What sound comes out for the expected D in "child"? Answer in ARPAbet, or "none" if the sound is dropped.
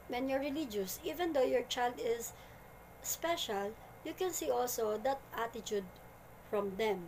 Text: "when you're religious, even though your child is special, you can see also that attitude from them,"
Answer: D